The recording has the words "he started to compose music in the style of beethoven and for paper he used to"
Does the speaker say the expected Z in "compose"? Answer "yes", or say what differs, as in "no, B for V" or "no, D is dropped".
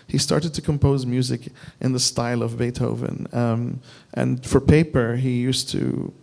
yes